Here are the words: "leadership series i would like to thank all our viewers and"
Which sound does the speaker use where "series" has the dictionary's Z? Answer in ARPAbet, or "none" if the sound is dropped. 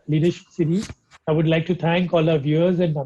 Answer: none